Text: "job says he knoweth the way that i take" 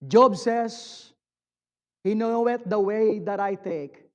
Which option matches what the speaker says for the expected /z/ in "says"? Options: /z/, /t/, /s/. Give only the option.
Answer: /s/